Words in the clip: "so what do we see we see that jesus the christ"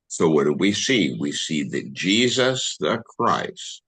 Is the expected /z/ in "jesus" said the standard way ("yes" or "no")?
yes